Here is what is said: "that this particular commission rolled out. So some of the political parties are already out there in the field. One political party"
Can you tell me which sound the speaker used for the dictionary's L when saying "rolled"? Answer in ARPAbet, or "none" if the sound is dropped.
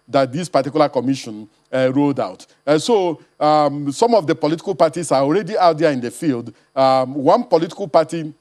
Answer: none